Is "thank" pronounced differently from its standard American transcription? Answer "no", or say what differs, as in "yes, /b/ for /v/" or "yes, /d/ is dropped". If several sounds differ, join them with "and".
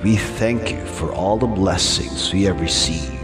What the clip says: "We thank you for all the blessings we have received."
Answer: no